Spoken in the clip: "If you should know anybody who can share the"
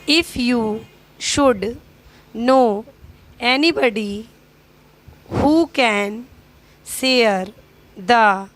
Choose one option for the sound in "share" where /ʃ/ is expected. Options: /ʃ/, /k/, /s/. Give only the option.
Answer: /s/